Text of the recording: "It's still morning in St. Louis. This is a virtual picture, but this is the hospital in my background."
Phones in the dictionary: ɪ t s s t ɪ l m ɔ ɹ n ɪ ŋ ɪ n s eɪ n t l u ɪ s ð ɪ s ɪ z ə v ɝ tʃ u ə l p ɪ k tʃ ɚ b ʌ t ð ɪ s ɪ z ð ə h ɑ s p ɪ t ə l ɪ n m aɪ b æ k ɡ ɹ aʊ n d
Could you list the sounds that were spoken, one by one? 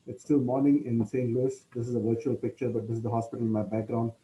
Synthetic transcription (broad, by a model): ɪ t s s t ɪ l m ɔ ɹ n ɪ ŋ ɪ n s eɪ n t l u ɪ s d ɪ s ɪ z ə v ɝ tʃ u ə l p ɪ k tʃ ɚ b ʌ t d ɪ s ɪ z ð ə h ɑ s p ɪ t ə l ɪ n m aɪ b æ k ɡ ɹ aʊ n d